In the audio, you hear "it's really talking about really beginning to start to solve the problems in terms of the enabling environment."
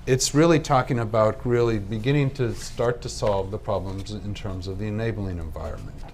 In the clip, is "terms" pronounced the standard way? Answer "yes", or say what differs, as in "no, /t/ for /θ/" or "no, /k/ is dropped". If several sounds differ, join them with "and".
yes